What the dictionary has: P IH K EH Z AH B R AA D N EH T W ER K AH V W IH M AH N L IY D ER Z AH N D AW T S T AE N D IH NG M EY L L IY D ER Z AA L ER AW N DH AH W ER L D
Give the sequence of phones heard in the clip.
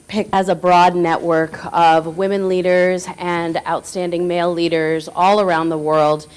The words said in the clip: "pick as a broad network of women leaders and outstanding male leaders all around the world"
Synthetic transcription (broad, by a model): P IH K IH Z AH B R AA D N EH T W ER K AH V W IH M AH N L IY D ER Z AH N AW T S T AE N D IH NG M EY L L IY D ER Z AA L ER AW N DH AH W ER L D